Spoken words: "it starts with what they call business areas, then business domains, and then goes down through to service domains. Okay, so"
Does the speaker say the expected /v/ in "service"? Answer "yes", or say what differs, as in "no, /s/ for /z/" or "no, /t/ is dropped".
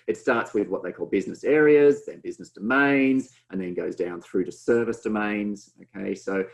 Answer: yes